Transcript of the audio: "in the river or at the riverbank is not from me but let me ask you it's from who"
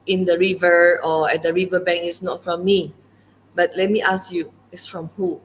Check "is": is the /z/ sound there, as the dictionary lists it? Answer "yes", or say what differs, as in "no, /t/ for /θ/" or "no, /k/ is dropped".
no, /s/ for /z/